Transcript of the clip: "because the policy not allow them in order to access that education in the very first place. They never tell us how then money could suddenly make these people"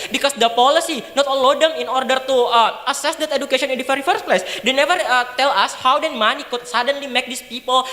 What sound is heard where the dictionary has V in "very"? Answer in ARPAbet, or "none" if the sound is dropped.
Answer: F